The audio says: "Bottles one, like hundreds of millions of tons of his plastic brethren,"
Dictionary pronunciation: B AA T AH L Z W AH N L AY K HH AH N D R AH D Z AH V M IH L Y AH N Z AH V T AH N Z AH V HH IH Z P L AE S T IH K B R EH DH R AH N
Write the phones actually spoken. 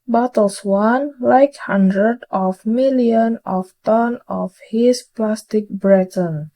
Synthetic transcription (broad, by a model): B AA T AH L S W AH N L AY K HH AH N D R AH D AH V M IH L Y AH N AH F T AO N AH F HH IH S P L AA S T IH K B R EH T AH N